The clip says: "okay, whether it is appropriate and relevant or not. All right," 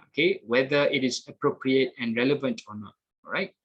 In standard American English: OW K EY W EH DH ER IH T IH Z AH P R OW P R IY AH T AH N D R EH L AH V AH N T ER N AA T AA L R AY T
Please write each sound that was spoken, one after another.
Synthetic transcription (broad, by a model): OW K EY W EH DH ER IH T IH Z AH P R OW P R IY AH T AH N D R EH L AH V AH N T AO N AA T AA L R AY T